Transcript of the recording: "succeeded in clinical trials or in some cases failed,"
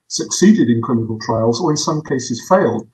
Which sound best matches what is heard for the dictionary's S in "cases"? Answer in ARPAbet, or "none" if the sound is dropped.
S